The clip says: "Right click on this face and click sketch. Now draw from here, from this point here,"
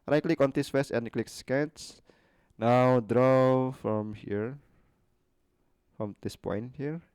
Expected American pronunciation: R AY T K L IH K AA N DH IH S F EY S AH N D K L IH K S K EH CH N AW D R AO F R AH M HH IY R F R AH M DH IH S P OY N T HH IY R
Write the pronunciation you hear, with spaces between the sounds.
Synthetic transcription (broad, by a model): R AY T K L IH K AA N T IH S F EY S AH N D K L IH K S K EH S N AW D R AO F R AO M HH IY R F R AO M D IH S P OY N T HH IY R